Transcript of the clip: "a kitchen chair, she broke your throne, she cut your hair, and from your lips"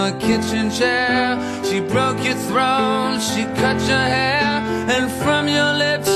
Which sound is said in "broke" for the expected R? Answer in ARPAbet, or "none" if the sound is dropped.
R